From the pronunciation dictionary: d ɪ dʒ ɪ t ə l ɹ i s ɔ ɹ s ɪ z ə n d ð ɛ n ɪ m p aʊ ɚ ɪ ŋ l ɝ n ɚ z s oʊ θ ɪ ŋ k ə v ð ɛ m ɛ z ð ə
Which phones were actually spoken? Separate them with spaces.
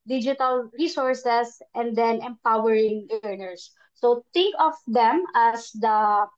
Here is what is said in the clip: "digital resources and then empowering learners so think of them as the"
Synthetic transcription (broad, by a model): d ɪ dʒ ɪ t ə l ɹ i s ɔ ɹ s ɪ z ə n d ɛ n ɪ m p aʊ ɚ ɪ ŋ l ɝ n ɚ s oʊ t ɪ ŋ k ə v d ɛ m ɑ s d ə